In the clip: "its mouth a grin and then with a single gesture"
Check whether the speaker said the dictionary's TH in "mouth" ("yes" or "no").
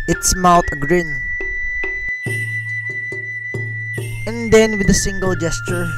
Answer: no